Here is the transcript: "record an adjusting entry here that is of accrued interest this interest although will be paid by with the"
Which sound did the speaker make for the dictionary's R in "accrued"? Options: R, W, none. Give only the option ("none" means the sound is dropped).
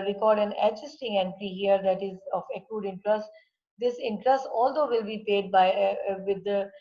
none